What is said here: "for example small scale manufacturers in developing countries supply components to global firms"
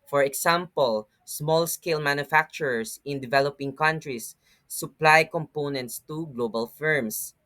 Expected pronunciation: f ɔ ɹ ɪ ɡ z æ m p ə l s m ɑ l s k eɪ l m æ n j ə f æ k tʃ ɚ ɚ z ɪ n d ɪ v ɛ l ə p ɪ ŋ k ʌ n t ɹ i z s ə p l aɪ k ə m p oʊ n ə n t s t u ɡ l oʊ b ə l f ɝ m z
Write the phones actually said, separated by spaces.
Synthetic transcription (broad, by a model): f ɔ ɹ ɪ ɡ s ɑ m p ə l s m ɑ l s k eɪ l m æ n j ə f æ k tʃ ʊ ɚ s ɪ n d ɪ v ɛ l ə p ɪ ŋ k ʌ n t ɹ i s ə p l aɪ k ə m p oʊ n ə n t s t u ɡ l oʊ b ə l f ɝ m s